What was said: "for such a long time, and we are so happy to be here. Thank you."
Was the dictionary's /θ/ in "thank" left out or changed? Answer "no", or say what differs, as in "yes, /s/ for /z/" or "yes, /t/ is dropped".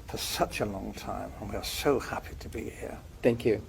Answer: no